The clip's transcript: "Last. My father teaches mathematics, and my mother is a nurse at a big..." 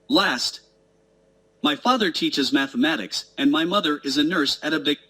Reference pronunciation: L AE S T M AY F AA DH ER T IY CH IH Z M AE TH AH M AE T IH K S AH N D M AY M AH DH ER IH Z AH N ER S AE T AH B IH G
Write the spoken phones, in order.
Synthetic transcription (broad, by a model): L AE S T M AY F AA DH ER T IY CH IH Z M AE TH AH M AE T IH K S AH N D M AY M AH DH ER IH Z AH N ER S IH T AH B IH